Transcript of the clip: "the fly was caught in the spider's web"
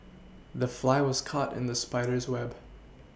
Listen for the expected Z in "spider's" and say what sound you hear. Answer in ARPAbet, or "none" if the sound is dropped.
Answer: Z